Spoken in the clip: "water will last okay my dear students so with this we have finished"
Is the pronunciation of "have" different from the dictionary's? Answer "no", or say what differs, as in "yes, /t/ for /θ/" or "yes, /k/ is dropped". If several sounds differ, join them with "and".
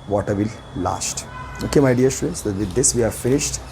no